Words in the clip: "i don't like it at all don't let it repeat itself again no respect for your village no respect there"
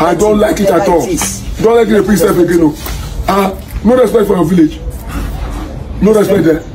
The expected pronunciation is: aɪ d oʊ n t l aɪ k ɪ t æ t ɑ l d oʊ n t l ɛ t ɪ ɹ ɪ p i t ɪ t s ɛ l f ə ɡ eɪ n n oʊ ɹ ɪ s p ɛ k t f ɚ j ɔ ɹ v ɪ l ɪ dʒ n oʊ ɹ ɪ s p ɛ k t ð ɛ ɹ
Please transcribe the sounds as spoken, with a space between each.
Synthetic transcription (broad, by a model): aɪ d oʊ n t l aɪ k ɪ t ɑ t ɑ l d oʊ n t l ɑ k ɪ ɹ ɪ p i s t ɛ f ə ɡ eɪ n n oʊ ɹ ɪ s p ɛ k t f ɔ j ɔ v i l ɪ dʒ n oʊ ɹ ɪ s p ɛ k t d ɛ